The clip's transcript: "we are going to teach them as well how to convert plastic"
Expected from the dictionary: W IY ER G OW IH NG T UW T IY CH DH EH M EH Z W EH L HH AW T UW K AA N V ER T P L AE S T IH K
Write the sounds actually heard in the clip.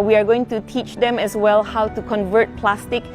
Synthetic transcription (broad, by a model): W IY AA G OW IH NG T UW T IY CH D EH M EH S W EH L HH AW T UW K AA N V ER T P L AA S T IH K